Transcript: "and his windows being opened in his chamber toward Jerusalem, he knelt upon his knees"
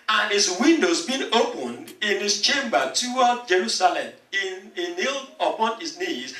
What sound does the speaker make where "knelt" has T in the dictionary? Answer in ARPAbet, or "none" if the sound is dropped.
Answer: none